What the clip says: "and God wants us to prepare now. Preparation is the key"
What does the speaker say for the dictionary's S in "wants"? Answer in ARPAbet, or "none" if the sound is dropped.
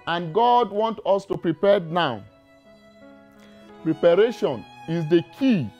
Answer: none